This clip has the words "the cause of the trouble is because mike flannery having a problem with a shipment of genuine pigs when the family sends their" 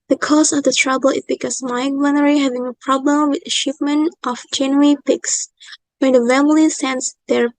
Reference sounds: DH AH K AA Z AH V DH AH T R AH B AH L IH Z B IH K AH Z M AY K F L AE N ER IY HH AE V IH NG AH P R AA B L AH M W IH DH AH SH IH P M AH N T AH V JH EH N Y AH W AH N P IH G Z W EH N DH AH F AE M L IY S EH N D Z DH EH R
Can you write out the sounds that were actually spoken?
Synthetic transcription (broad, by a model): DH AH K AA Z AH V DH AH T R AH B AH L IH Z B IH K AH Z M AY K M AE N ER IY HH AE V IH NG AH P R AA B L AH M W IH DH AH SH IH P M AH N T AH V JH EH N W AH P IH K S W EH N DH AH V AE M L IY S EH N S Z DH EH R